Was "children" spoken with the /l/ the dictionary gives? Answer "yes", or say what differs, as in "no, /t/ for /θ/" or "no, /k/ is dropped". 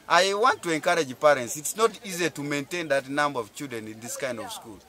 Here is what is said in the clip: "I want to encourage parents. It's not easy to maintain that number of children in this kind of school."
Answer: no, /l/ is dropped